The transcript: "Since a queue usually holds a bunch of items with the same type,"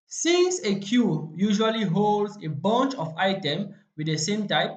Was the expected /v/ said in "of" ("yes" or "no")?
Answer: no